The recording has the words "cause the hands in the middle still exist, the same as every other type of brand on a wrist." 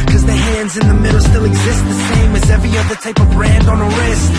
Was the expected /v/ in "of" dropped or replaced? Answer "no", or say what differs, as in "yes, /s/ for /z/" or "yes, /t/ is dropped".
no